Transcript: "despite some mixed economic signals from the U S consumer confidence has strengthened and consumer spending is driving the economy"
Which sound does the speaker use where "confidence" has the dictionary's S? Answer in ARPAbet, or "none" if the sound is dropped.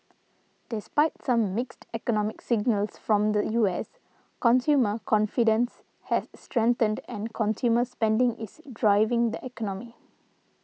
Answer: S